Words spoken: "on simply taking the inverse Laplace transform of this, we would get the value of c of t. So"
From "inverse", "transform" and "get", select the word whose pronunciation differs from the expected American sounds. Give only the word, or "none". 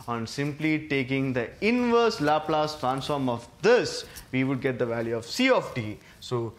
none